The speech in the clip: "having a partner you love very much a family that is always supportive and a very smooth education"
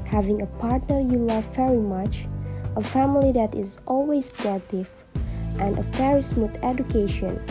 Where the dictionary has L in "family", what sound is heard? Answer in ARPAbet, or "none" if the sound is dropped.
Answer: L